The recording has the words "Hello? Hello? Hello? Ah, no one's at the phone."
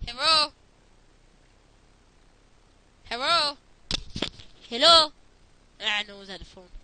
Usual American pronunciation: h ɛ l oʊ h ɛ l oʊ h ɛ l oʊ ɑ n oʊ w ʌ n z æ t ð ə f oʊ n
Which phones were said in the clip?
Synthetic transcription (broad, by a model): h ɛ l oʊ h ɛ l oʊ h ɛ l oʊ ɑ n oʊ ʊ z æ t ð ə f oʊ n